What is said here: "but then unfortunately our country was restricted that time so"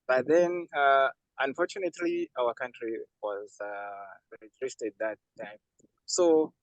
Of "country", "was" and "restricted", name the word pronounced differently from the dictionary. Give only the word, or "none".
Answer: restricted